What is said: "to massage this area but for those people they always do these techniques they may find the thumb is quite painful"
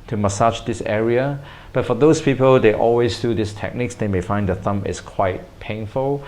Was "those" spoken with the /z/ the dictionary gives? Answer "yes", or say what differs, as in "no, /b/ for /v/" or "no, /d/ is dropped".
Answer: no, /s/ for /z/